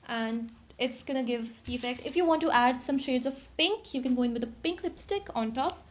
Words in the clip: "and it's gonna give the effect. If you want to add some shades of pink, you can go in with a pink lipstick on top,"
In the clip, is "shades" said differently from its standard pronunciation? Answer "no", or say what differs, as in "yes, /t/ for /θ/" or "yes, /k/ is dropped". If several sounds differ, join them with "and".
no